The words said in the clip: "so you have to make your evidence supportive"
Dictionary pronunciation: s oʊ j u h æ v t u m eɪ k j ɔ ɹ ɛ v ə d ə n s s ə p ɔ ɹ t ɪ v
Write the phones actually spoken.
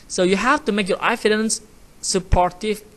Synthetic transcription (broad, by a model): s oʊ j u h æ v t u m eɪ k j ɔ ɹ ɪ f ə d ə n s s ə p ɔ ɹ t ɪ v